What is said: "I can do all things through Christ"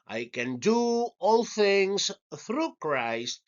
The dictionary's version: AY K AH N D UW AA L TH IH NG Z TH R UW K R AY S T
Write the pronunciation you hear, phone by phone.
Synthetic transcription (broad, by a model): AY K AH N D UW AA L TH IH NG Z TH R UW K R AY S T